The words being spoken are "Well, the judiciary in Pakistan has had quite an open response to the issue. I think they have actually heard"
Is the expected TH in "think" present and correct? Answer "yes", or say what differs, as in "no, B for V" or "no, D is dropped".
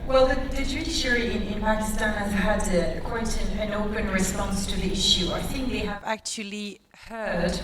yes